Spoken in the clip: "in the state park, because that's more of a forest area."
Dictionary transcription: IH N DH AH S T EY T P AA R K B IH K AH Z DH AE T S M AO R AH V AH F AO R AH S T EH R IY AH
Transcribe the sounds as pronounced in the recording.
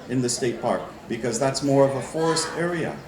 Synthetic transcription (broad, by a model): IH N DH AH S T EY T P AA R K B IH K AH Z DH AE T S M AO R AH V AH F AO R AH S T EH R IY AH